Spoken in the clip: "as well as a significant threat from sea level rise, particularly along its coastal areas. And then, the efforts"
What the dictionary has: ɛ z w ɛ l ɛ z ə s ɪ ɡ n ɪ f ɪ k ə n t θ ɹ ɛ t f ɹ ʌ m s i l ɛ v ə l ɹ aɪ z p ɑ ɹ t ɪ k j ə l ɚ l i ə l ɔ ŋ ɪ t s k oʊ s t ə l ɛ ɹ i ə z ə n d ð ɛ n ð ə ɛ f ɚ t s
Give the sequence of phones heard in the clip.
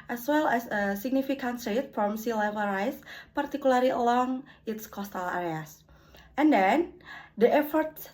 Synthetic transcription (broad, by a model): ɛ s w ɛ l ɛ s ə s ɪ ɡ n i f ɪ k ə n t s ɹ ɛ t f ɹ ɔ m s i l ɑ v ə ɹ aɪ s p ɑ ɹ t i k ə l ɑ l i ə l ɔ ŋ ɪ t s k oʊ s t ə l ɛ ɹ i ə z ə n d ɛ n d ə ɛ f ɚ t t